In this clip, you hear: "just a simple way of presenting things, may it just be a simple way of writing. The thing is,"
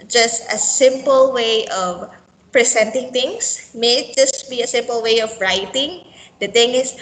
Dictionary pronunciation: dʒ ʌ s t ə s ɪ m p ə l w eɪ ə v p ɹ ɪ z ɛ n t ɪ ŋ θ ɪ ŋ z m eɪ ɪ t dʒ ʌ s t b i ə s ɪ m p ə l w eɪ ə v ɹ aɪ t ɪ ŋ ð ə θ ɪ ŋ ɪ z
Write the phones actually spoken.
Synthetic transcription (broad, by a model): dʒ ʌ s t ə s ɪ m p ə l w eɪ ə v p ɹ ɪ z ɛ n t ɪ ŋ t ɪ ŋ s m eɪ ɪ t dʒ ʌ s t b i ə s ɪ m p ə l w eɪ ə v ɹ aɪ t ɪ ŋ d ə t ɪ ŋ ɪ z